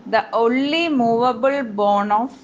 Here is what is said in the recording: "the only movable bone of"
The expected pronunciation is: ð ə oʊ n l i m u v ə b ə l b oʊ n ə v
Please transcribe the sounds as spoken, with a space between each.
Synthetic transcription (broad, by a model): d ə oʊ n l i m u v ə b ə l b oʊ n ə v